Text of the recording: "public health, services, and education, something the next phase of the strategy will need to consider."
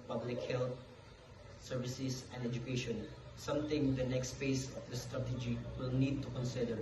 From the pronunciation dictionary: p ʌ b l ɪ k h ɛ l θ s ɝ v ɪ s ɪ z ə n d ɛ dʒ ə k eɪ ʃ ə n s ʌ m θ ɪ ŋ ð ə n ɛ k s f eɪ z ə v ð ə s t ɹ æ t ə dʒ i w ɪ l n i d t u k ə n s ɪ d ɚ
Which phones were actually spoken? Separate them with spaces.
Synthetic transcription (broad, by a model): p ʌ b l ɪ k h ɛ l t s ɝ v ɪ s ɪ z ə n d ɛ dʒ ə k eɪ ʃ ə n s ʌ m t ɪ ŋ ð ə n ɛ k s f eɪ s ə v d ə s t ɹ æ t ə dʒ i w ɪ l n i d t u k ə n s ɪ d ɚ